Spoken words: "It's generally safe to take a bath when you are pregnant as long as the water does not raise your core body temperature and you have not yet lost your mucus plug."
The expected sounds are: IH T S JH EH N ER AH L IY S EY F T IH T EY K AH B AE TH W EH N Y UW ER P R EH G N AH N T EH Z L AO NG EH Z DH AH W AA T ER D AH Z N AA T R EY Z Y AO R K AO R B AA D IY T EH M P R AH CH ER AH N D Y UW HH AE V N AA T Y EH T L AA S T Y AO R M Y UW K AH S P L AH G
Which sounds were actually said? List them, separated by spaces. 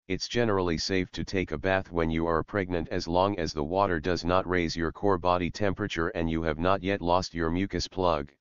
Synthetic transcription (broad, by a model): IH T S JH EH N ER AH L IY S EY F T IH T EY K AH B AE TH W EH N Y UW ER P R EH G N AH N T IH Z L AO NG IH Z DH AH W AA T ER D AH Z N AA T R EY Z Y AO R K AO R B AA D IY T EH M P R AH CH ER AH N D Y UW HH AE V N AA T Y EH T L AA S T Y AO R M Y UW K AH S P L AH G